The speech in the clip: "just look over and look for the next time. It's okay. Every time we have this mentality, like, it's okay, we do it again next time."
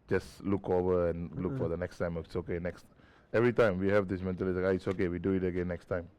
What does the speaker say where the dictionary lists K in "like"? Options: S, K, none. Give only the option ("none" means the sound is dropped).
none